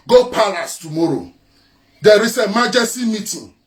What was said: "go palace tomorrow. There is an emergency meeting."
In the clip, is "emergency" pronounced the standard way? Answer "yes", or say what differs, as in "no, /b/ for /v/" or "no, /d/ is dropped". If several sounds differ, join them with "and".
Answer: no, /n/ is dropped